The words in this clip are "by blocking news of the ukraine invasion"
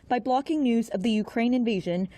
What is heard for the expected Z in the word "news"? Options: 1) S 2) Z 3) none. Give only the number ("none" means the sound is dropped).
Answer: 2